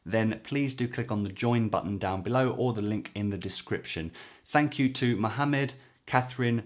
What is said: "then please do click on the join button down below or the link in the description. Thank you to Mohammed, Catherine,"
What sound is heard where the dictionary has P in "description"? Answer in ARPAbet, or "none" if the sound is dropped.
P